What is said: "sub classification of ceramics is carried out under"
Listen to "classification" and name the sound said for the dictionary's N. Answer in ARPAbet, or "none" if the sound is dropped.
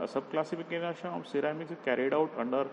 none